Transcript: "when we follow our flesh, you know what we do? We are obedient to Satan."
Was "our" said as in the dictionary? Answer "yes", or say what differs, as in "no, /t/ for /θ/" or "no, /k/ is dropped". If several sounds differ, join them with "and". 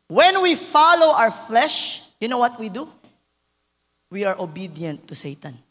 no, /w/ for /ɹ/